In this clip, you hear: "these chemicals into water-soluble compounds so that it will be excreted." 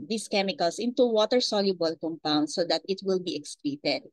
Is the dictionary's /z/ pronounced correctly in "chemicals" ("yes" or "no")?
no